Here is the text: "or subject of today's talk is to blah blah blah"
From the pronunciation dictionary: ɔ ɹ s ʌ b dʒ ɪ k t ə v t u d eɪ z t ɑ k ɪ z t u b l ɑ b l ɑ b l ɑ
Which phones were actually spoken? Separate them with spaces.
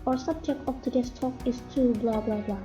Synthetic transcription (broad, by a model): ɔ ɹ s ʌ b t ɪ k ə p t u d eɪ s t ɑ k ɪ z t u b l ɑ b l ɑ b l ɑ